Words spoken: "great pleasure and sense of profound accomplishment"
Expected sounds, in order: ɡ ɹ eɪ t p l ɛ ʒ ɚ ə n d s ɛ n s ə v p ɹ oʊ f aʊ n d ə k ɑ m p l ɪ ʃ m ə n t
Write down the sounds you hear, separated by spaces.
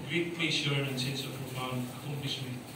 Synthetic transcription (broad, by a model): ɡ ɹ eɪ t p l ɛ s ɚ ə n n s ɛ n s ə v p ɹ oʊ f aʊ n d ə k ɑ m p l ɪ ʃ m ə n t